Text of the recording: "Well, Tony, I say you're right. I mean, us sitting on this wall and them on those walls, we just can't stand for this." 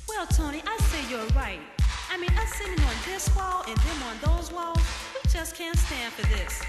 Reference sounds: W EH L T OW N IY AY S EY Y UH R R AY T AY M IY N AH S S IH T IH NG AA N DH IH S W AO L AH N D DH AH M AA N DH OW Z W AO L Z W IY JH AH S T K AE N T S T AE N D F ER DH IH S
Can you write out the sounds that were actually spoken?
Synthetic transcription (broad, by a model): W EH L T OW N IY AY S EY Y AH R R AY T AY M IY N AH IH S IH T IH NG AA N DH IH S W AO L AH N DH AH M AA N DH OW Z W AO L Z W IY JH AH S K AE N T S T AE N D F ER DH IH S